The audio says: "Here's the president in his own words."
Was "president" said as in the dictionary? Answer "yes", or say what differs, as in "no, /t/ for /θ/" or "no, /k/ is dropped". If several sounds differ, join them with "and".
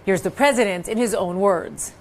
yes